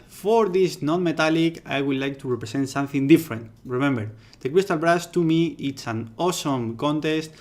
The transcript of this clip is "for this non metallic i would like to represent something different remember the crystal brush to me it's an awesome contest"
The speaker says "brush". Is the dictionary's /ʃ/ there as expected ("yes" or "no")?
no